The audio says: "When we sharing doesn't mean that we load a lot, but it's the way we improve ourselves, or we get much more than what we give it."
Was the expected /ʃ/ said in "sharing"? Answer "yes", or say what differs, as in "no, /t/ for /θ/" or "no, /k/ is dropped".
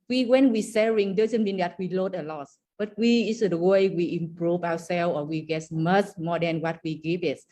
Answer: no, /s/ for /ʃ/